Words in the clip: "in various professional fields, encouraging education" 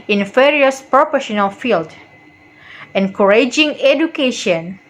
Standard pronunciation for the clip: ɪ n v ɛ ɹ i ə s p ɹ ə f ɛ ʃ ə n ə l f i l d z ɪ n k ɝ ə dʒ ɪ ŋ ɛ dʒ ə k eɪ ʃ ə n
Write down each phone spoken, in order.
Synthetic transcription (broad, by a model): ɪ n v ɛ ɹ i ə s p ɹ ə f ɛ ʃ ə n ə l f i l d ɪ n k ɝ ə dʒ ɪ ŋ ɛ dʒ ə k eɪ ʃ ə n